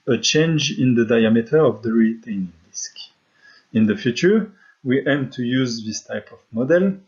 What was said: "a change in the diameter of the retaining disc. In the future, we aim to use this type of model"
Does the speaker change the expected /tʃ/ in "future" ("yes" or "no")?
no